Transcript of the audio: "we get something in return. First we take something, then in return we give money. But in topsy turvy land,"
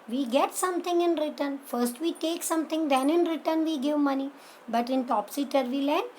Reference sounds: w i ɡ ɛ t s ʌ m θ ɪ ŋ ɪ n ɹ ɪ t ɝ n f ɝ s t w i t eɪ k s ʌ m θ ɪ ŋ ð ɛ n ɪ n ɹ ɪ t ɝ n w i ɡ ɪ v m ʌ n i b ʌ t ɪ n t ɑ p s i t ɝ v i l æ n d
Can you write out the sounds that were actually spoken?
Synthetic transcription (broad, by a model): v i ɡ ɛ t s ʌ m t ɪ ŋ ɪ n ɹ ɪ t ɝ n f ɝ s t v i t eɪ k s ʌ m t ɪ ŋ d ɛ n ɪ n ɹ ɪ t ɝ n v i ɡ ɪ v m ʌ n i b ʌ t ɪ n t ɑ p s i t ɝ v i l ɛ n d